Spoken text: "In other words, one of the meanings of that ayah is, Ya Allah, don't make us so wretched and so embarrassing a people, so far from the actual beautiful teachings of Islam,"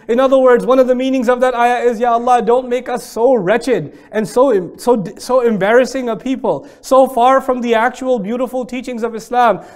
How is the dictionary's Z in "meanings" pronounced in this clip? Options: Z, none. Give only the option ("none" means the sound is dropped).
Z